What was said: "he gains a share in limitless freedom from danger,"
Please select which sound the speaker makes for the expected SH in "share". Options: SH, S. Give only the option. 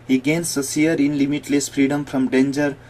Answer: S